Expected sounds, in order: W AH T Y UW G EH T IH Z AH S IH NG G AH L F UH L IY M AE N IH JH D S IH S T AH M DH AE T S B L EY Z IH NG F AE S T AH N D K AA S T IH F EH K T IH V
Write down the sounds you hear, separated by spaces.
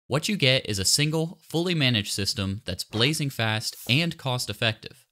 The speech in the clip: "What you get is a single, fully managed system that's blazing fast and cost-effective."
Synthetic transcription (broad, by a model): W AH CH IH G EH T IH Z AH S IH NG G L F UH L IY M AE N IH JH S IH S T AH M DH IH T S B L EY Z IH NG F AE S T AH N K AA S T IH F EH K T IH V